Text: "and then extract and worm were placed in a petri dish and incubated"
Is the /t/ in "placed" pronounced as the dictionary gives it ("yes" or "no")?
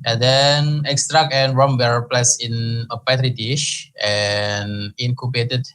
no